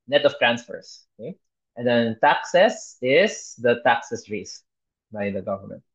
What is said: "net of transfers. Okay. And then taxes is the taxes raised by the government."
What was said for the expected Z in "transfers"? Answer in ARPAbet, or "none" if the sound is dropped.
S